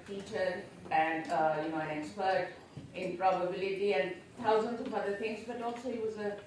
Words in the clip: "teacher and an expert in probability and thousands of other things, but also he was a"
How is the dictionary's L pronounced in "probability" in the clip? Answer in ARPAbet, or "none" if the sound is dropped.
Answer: L